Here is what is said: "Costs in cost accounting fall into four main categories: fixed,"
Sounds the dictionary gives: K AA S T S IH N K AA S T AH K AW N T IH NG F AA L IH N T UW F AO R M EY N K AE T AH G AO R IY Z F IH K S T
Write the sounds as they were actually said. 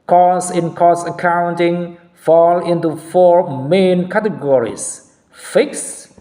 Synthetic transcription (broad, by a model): K AA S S IH N K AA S AH K AW N T IH NG F AA L IH N T UW F AO R M EY N K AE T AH G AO R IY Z F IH K S